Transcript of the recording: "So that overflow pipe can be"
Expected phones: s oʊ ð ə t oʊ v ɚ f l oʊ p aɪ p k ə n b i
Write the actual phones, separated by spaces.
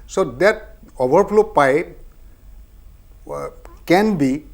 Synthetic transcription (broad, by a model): s oʊ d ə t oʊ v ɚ p l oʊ p aɪ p k ə n b i